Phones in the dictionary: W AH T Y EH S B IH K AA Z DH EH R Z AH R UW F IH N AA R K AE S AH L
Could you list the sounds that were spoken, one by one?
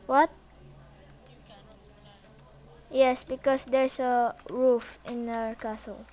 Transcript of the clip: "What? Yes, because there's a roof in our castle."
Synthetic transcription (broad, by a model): W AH T Y EH S B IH K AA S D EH R S AH R UW F IH N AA R K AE S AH L